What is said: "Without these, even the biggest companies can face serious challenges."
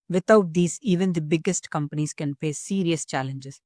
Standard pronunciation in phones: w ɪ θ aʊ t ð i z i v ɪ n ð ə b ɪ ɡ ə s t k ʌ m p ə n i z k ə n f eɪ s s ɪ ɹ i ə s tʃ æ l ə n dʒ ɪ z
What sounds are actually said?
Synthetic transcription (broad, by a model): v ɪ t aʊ t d i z i v ɪ n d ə b ɪ ɡ ə s t k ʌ m p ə n i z k ə n p eɪ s s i ɹ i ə s tʃ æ l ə n dʒ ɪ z